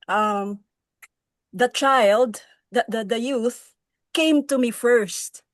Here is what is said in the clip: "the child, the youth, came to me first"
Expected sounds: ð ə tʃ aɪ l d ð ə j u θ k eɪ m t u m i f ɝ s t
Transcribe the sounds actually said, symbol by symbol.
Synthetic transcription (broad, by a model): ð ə tʃ aɪ l d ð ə j u θ k eɪ m t u m i f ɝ s t